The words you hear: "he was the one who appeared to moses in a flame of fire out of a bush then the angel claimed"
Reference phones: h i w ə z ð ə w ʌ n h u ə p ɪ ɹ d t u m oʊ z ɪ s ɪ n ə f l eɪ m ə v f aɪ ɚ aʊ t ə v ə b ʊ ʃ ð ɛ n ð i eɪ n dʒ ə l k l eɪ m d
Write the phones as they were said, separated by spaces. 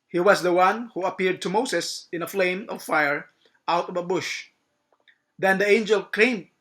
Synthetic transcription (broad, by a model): h i w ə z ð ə w ʌ n h u ə p ɪ ɹ d t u m oʊ s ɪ s ɪ n ə f l eɪ m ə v f aɪ ɚ aʊ t ə v ə b ʊ ʃ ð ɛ n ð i eɪ n dʒ ə l k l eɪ m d